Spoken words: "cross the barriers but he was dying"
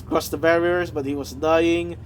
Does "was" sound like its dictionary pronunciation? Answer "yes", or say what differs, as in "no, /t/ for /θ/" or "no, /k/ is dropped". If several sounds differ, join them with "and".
yes